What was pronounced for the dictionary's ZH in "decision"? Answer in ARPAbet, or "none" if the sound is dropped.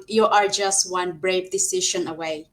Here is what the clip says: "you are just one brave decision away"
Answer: SH